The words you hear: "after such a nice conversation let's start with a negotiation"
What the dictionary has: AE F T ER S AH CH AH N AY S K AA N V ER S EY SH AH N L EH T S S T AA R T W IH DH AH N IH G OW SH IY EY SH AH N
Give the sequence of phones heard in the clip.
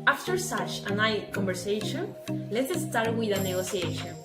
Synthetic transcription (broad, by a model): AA F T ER S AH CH AH N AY K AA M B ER S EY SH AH N L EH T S S T AA R T W IH DH AH N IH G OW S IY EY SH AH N